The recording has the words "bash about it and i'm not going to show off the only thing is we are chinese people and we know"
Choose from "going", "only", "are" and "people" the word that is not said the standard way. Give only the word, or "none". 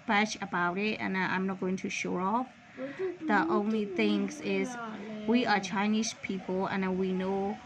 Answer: people